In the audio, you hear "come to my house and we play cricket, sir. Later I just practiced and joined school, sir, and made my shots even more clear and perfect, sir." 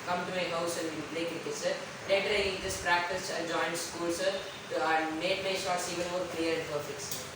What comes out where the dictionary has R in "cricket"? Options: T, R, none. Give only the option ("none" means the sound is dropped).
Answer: none